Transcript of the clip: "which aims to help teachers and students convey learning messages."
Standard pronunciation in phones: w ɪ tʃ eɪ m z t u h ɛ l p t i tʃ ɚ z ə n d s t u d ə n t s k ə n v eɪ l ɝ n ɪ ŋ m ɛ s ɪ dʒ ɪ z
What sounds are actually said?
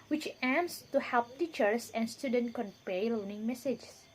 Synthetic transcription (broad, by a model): w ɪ tʃ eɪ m s t u h ɛ l p t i tʃ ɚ s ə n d s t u d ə n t k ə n p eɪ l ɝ n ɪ ŋ m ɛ s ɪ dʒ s